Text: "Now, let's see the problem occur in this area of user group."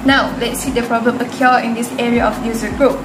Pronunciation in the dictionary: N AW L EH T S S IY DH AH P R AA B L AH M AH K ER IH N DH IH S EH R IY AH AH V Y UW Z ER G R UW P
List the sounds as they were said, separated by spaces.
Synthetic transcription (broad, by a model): N AW L EH T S S IY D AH P R AA B L AH M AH K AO IH N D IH S EH R IY AH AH F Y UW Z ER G R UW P